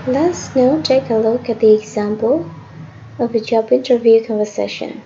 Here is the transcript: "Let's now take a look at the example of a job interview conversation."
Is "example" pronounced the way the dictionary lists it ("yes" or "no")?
yes